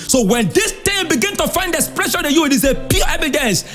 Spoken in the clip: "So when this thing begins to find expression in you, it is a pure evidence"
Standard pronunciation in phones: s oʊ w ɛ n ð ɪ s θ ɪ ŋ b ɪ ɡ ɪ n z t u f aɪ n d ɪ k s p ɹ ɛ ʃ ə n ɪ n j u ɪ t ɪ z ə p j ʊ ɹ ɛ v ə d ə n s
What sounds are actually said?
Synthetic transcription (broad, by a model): s oʊ w ɛ n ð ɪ s t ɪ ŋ b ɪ ɡ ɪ n t u f aɪ n d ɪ s p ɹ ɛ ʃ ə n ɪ j u ɪ t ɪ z ə p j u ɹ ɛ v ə d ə n s